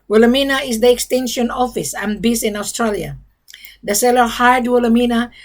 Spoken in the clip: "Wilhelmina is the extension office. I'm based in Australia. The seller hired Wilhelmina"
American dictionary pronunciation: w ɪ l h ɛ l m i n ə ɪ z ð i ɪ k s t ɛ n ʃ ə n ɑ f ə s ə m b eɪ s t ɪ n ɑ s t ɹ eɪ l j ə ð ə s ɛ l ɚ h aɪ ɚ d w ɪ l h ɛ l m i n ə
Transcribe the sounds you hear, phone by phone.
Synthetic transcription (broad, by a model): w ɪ l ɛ m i n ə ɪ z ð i ɪ k s t ɛ n ʃ ə n ɑ f ə s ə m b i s ɪ n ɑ s t ɹ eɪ l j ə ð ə s ɛ l ɚ h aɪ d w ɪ l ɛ m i n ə